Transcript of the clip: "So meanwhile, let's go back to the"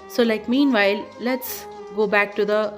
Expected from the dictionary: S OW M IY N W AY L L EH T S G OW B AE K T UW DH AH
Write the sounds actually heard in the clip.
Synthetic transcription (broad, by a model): S OW M IY N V AY L L EH T S G OW B AE K T UW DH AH